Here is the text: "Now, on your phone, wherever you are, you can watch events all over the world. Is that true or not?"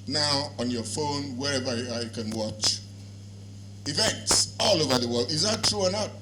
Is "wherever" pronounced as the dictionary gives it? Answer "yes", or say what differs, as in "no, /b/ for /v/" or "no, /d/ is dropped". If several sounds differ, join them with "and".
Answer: yes